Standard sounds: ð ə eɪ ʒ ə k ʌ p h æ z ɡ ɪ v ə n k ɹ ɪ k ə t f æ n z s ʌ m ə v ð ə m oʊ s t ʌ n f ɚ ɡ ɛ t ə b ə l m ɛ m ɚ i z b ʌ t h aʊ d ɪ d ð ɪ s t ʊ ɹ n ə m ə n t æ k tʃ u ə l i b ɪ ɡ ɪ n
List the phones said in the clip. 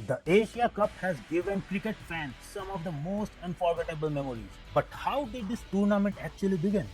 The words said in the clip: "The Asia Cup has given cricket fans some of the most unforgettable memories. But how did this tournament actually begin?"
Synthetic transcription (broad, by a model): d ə eɪ ʃ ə k ʌ p h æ z ɡ ɪ v ə n k ɹ ɪ k ə t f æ n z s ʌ m ə v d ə m oʊ s t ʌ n f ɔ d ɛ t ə b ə l m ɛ m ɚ i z b ʌ t h aʊ d ɪ d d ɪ s t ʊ ɹ n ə m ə n t æ k tʃ u ə l i b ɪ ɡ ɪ n